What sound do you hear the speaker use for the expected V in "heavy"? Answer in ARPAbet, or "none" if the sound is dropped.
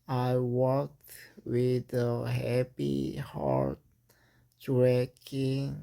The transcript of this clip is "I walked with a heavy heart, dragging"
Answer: P